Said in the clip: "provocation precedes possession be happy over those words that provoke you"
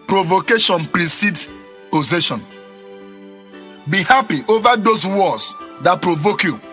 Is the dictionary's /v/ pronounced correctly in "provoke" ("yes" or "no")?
yes